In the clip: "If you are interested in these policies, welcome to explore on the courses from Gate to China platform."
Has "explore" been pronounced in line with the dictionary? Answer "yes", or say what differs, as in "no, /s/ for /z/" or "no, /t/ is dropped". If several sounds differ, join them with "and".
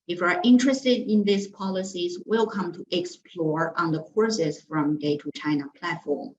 yes